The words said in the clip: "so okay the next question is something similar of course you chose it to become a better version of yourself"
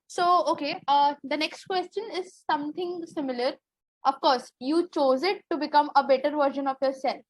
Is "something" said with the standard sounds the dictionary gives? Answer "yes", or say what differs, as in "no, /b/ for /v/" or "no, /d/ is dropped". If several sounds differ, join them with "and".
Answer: no, /t/ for /θ/